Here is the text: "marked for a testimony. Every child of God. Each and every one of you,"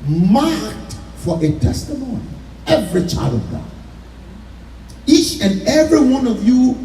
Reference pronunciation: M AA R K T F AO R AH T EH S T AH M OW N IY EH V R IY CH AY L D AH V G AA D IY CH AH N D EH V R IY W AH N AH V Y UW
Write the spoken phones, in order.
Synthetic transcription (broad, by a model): M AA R K T F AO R AH T EH S T AH M OW N IY EH V R IY CH AY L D AH V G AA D IY CH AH N EH V R IY W AH N AH V Y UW